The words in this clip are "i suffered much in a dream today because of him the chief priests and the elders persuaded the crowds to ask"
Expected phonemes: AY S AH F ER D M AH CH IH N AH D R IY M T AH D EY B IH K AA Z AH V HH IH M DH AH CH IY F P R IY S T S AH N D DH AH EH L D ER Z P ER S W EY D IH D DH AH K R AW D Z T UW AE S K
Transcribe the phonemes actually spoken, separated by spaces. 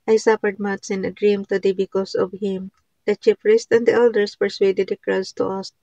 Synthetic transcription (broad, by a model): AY S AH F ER D M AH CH IH N AH D R IY M T AH D EY B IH K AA S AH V HH IH M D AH CH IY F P R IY S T AH N D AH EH L D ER S P ER S W EY D IH D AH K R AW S T UW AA S